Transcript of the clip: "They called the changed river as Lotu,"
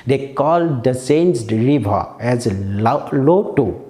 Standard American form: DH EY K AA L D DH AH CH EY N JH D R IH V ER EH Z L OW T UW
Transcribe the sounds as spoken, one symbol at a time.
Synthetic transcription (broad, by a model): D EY K AA L D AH S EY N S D R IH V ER EH Z L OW T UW